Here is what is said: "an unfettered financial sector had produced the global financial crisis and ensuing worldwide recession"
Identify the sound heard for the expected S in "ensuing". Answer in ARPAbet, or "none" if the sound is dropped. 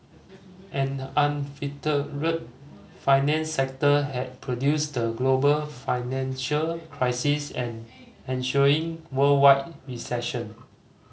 SH